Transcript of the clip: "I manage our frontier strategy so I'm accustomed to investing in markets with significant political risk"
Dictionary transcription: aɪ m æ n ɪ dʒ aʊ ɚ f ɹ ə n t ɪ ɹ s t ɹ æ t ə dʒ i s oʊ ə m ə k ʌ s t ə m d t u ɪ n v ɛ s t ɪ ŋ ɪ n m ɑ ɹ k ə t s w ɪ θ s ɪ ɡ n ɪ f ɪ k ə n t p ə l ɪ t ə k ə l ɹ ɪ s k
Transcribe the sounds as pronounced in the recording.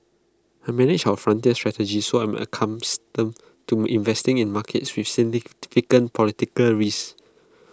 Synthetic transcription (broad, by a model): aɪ m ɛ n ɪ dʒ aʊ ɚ f ɹ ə n t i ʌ s t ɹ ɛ t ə dʒ i s oʊ ə m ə k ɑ s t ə m t u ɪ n v ɛ s t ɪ ŋ ɪ n m ɑ k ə t s w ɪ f s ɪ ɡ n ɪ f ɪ k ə n p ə l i t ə k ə l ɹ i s